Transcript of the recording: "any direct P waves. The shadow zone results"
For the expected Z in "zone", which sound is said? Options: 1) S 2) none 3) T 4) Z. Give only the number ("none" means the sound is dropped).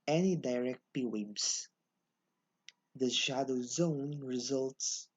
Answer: 4